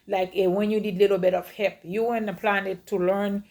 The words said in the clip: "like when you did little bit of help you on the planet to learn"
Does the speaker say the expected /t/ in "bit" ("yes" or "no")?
yes